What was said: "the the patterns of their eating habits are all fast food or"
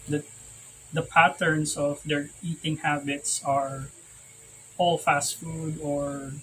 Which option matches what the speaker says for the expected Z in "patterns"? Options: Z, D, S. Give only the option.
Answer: S